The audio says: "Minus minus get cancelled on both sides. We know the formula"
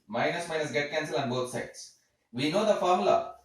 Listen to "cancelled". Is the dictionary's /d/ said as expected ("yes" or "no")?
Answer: no